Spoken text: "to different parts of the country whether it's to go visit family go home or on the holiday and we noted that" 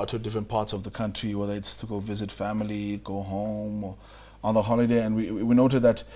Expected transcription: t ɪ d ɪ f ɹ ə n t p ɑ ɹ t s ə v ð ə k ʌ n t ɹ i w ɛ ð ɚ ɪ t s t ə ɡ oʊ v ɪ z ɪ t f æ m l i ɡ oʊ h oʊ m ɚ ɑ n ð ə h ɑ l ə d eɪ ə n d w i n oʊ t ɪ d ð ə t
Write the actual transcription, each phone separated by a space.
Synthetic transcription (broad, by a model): t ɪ d ɪ f ɹ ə n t p ɑ ɹ t s ə v ð ə k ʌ n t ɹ i w ɛ ð ɚ ɪ t s t ə ɡ oʊ v ɪ z ɪ t f æ m l i ɡ oʊ h oʊ m ɚ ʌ n ð ə h ɑ l ə d eɪ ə n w w i n oʊ t ɪ d ð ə t